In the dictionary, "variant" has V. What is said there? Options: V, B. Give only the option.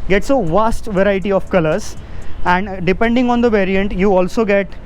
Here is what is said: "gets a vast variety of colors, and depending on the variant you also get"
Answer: V